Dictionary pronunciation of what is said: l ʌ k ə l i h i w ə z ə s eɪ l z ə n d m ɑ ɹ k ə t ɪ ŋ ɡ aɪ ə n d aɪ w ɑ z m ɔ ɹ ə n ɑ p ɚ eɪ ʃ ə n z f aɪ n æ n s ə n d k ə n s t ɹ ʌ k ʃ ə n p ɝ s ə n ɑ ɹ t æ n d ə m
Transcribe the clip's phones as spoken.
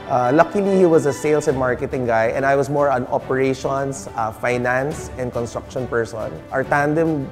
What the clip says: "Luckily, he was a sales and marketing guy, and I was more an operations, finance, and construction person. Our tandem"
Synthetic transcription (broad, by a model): l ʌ k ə l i h i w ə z ə s eɪ l s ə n m ɑ ɹ k ə t ɪ ŋ ɡ aɪ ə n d aɪ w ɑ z m ɔ ɹ ə n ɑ p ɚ eɪ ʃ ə n s f aɪ n æ n s ə n d k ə n s t ɹ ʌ k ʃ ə n p ɝ s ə n ɑ ɹ t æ n d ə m